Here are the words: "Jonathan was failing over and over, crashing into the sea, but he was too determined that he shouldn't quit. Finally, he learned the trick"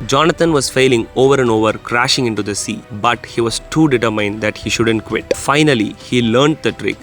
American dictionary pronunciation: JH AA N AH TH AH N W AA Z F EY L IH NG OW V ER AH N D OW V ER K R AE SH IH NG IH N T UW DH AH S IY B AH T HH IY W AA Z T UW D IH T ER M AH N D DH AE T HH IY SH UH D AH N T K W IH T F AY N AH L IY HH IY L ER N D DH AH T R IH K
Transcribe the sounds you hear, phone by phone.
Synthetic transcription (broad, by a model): JH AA N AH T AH N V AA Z F EY L IH NG OW V ER AH N D OW V ER K R AE SH IH NG IH N T UW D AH S IY B AH T HH IY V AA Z T UW D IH T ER M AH N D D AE T HH IY SH UH D AH N T K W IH T F AY N AH L IY HH IY L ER N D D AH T R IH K